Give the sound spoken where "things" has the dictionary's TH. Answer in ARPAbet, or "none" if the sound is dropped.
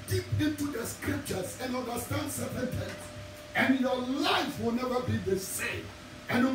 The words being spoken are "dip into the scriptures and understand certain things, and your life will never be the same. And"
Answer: T